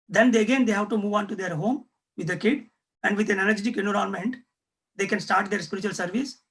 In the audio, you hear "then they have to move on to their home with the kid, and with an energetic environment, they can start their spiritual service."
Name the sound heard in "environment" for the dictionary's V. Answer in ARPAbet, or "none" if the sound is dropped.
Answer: none